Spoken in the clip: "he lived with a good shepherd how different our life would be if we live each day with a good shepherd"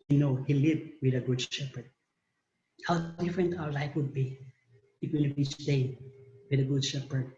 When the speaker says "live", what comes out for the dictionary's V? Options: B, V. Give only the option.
B